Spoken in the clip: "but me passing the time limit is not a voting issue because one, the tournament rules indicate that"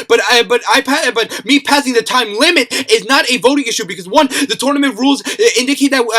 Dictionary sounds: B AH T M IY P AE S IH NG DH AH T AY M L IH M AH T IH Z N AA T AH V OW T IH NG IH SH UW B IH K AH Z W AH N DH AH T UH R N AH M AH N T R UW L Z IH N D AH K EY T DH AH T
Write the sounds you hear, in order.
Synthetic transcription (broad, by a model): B AH T M IY P AE S IH NG DH AH T AY M L IH M AH T IH Z N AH T AH V OW T IH NG IH SH UW B IH K AH Z W AH N DH AH T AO R N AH M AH N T R UW L Z IH N D AH K EY T DH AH T